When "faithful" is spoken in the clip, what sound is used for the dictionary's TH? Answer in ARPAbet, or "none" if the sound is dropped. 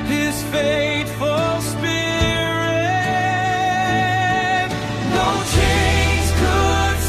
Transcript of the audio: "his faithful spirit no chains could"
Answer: T